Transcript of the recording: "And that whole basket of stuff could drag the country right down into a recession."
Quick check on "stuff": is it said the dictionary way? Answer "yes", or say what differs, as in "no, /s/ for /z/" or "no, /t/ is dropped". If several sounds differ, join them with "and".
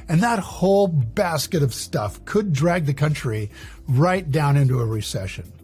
yes